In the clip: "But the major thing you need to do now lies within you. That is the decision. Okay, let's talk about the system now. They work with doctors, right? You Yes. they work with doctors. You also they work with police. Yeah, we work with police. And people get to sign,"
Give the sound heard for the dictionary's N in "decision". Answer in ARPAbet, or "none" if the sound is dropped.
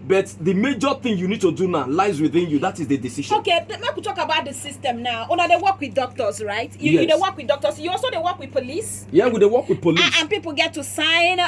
none